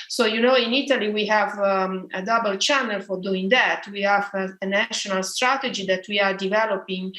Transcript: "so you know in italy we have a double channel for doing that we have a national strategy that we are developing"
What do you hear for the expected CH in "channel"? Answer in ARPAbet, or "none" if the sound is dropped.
CH